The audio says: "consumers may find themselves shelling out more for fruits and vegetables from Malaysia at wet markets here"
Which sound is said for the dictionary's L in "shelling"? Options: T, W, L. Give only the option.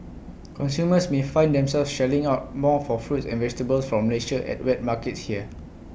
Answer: L